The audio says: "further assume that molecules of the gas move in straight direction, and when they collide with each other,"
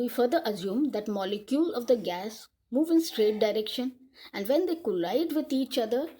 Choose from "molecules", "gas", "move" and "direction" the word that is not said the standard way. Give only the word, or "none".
molecules